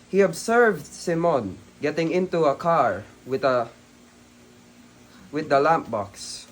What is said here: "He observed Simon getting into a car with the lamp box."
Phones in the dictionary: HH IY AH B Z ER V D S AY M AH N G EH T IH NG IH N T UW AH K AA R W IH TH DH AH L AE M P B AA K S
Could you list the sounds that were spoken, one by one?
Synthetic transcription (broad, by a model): HH IY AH B S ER V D S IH M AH N G EH T IH NG IH N T UW AH K AA R W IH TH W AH L AE M P B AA K S